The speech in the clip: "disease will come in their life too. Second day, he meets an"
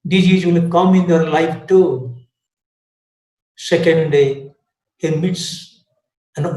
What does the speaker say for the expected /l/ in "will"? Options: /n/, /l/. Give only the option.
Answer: /n/